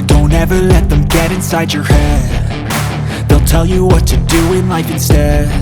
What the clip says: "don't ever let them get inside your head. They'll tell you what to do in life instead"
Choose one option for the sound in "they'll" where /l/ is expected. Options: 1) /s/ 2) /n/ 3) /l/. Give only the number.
3